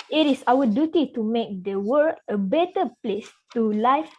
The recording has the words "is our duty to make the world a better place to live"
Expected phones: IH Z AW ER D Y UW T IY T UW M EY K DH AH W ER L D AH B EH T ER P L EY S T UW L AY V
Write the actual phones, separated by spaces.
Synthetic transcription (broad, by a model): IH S AW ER D Y UW T IY T UW M EY K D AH W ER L AH B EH T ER P L EY S T UW L AY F